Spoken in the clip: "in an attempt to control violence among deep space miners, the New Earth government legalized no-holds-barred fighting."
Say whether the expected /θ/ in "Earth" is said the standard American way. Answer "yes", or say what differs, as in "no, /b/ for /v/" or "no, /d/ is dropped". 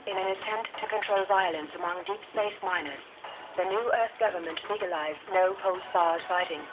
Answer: yes